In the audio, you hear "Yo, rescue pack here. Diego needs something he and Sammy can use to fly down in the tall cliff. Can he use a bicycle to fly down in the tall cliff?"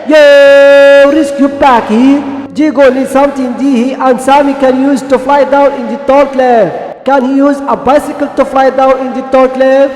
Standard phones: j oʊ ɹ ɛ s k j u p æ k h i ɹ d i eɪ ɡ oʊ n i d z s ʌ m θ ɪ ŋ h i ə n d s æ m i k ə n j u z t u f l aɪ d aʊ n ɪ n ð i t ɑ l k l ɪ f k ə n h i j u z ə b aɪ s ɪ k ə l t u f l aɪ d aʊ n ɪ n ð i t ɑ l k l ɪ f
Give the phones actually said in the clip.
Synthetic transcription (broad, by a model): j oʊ ɹ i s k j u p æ k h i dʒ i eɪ ɡ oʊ l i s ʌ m t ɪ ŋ h i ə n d s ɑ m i k ə n j u z t u f l aɪ d aʊ n ɪ n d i t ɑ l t l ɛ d k ə n h i j u z ə b aɪ s ɪ k ə l t u f l aɪ d aʊ n ɪ n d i t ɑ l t l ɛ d